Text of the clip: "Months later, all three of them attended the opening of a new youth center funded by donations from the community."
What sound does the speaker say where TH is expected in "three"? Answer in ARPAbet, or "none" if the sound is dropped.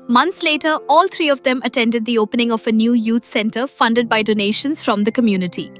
T